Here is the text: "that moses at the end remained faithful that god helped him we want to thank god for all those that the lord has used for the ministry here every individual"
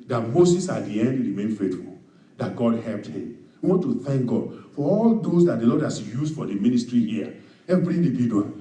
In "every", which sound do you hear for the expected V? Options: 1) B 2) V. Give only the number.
1